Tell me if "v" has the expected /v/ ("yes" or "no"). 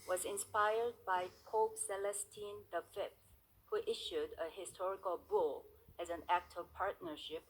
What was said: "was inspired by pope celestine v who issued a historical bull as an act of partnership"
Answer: no